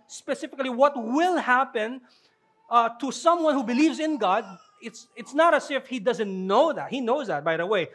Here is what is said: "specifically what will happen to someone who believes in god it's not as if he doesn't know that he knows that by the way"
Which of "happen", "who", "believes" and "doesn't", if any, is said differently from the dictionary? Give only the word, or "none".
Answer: none